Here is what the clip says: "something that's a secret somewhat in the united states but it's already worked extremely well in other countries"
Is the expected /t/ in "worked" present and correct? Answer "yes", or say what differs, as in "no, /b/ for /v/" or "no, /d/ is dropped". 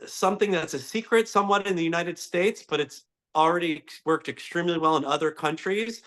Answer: yes